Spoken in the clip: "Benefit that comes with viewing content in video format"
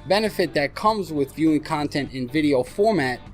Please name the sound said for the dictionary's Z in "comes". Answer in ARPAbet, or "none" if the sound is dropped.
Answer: Z